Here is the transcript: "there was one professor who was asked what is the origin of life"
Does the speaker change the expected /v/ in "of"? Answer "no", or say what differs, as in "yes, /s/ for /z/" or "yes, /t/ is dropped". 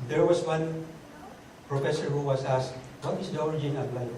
yes, /p/ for /v/